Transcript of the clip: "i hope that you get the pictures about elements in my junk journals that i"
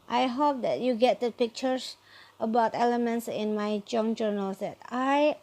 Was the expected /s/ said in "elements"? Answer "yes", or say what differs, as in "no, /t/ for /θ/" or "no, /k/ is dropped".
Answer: yes